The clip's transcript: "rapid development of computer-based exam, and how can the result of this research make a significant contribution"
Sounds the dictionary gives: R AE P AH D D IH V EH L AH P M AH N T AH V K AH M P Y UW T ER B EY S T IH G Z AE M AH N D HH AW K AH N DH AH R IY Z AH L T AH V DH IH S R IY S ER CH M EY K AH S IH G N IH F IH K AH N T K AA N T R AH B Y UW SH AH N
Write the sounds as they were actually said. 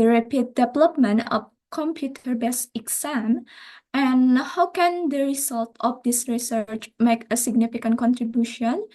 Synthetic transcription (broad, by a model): R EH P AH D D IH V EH L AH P M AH N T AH F K AH M P Y UW T ER B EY S IH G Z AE M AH N HH AW K AH N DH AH R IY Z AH L T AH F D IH S R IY S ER CH M EY K AH S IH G N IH F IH K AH N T K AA N T R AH B Y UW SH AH N